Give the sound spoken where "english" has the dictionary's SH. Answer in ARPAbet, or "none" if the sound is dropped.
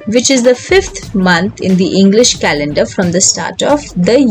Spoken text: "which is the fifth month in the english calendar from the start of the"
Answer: SH